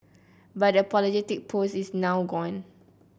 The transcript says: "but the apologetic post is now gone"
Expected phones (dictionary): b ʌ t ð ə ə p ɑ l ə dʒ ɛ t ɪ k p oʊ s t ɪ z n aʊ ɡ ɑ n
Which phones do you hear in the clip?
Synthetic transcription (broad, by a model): b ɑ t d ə ə p ɑ l ə dʒ ɛ t ɪ k p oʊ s ɪ s n aʊ ɡ ɑ n